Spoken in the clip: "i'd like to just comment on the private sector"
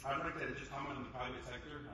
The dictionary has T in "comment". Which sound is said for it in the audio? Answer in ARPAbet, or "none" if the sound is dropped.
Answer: none